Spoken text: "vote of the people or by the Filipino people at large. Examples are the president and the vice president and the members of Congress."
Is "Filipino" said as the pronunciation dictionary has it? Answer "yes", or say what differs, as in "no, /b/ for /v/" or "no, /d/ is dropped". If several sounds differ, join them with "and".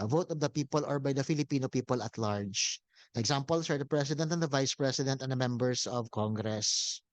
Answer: yes